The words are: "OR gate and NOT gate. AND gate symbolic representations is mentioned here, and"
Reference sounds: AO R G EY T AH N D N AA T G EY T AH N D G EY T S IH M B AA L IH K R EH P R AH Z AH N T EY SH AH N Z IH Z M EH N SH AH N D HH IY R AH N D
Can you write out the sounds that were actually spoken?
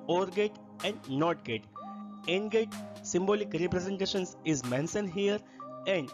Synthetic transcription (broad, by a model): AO R G EY T AH N D N AA T G EY T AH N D G EY T S IH M B AA L IH K R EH P R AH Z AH N T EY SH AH N S IH Z M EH N S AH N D HH IY R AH N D